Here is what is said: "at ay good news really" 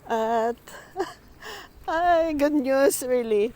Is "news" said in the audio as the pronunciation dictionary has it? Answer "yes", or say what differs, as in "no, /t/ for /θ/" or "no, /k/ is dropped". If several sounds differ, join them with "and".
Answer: no, /s/ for /z/